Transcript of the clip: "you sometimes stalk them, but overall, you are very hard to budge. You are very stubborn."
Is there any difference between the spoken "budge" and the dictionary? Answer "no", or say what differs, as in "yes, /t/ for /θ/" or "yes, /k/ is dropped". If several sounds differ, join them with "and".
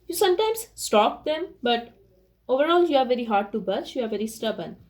yes, /tʃ/ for /dʒ/